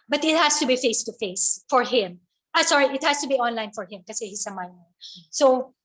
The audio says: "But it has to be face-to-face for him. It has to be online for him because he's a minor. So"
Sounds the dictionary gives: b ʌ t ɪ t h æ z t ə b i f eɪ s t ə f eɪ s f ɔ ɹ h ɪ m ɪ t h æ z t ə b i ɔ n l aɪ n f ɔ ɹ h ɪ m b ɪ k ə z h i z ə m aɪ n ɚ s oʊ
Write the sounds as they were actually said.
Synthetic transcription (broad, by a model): b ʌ t ɪ t h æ s t ə b i f eɪ s t ə f eɪ s f ɔ ɹ h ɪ m ɪ t h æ s t ə b i ɔ n l aɪ n f ɔ ɹ h ɪ m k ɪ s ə h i s ə m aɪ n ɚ s oʊ